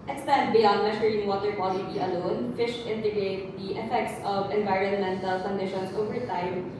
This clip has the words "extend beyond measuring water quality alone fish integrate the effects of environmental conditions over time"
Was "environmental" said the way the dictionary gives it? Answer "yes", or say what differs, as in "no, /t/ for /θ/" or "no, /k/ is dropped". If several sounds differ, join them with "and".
yes